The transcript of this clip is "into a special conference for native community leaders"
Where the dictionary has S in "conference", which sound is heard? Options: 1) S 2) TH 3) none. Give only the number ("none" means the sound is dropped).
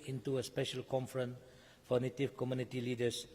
3